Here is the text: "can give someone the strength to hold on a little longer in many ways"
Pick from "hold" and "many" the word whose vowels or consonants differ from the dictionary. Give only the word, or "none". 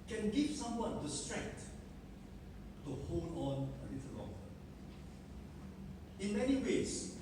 hold